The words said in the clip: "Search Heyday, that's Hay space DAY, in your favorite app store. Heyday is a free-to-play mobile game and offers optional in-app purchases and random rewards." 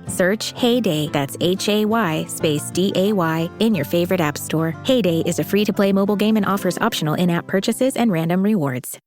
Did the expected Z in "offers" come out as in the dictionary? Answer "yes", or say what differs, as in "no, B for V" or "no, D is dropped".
yes